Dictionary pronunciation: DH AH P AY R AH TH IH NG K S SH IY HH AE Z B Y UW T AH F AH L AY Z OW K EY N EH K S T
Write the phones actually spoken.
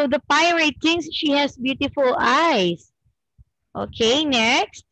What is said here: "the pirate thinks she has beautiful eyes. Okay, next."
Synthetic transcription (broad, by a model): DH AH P AY R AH T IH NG S SH IY HH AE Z B Y UW T AH F AH L AY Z OW K EY N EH K S T